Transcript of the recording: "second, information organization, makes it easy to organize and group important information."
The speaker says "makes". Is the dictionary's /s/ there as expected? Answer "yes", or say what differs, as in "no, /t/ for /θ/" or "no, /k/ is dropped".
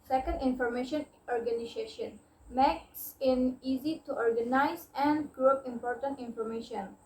yes